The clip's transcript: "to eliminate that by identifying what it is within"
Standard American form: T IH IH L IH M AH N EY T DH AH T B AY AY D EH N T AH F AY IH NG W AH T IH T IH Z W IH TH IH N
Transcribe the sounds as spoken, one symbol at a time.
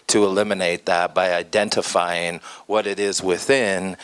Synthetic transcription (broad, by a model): T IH IH L IH M AH N EY T DH AH T B AY AY D EH N T AH F AY IH NG W AH T IH T IH Z W IH TH IH N